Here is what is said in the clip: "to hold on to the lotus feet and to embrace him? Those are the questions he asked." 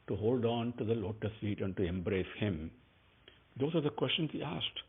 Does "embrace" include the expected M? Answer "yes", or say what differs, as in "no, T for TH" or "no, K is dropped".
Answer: yes